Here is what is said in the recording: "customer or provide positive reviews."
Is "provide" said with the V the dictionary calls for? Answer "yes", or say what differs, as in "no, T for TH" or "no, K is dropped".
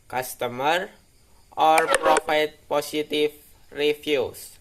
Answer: no, F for V